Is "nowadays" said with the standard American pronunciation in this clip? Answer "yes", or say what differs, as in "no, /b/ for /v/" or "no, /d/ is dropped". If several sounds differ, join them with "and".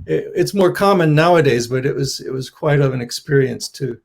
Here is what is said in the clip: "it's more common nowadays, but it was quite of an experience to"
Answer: yes